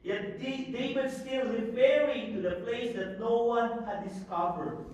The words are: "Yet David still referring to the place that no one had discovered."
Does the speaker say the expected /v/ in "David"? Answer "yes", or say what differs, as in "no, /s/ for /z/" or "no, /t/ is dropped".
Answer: no, /w/ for /v/